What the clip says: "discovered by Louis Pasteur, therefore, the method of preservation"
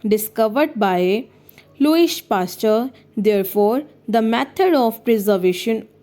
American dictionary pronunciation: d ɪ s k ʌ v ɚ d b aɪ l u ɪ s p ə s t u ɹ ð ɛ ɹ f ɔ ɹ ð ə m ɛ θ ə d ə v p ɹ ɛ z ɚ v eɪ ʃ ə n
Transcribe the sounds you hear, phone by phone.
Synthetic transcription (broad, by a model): d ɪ s k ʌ v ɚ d b aɪ l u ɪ ʃ p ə s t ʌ ɹ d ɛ ɹ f ɔ ɹ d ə m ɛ t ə d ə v p ɹ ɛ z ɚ v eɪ ʃ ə n